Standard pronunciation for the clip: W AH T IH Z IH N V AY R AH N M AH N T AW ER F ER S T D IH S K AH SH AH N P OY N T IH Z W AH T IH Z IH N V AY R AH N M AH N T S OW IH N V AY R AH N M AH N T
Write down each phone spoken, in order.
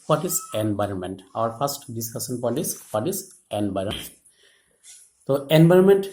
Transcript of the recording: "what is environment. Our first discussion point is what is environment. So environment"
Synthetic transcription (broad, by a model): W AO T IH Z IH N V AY R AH N M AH N T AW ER P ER S T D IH S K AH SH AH N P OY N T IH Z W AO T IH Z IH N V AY R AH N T T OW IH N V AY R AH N M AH N T